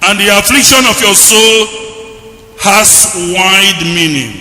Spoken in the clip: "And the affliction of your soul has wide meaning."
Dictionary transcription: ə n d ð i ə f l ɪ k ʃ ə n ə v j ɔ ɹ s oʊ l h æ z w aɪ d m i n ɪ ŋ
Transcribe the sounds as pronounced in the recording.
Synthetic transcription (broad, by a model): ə n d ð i ə f l ɪ k ʃ ə n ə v j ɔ s oʊ l h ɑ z w aɪ d m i n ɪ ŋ